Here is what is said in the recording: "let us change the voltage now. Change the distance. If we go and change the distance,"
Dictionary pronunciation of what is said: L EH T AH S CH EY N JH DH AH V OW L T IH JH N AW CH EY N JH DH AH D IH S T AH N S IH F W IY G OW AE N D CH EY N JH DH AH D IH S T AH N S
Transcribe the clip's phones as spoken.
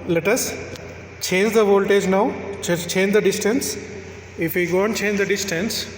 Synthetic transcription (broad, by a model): L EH T AH S CH EY N JH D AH V OW L T IH JH N AW CH EY N JH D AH D IH S T AH N S IH F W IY G OW N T CH EY N JH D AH D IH S T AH N S